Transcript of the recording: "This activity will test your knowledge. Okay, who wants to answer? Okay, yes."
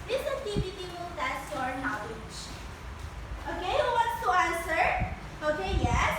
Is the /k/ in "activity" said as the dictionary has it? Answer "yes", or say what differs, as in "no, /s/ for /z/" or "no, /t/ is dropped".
no, /k/ is dropped